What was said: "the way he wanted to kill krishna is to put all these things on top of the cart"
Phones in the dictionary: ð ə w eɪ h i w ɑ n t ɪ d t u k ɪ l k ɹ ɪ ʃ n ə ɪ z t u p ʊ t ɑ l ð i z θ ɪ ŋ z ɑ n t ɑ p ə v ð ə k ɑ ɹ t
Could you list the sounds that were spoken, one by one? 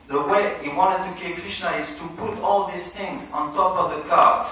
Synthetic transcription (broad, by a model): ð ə w eɪ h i w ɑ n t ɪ d t u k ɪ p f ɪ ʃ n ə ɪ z t u p ʊ t ɑ l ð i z θ ɪ ŋ z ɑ n t ɑ p ə v ð ə k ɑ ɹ